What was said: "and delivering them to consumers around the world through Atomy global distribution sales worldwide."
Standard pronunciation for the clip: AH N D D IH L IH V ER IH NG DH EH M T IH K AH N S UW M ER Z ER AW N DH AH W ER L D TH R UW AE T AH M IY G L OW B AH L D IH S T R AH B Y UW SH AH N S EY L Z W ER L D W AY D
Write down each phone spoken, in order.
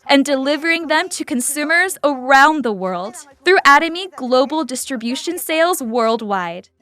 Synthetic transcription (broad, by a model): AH N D D IH L IH V ER IH NG DH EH M T IH K AH N S UW M ER Z ER AW N DH AH W ER L D TH R UW AE T AH M IY G L OW B L D IH S T R AH B Y UW SH AH N S EY L Z W ER L D W AY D